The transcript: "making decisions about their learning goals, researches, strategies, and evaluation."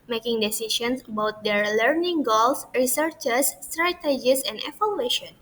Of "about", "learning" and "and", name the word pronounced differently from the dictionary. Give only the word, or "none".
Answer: none